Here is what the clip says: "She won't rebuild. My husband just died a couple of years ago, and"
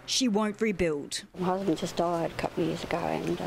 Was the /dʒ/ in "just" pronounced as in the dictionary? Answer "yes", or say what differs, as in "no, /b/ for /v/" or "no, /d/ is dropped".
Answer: no, /z/ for /dʒ/